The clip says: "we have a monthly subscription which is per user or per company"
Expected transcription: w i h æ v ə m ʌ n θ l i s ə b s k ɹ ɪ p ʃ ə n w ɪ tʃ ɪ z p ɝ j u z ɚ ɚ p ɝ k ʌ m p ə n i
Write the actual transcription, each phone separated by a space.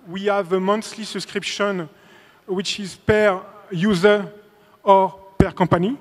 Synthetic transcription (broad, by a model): w i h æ v ə m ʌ n s l i s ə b s k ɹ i p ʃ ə n w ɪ tʃ ɪ z p ɝ j u z ɚ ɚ p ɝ k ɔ p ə n i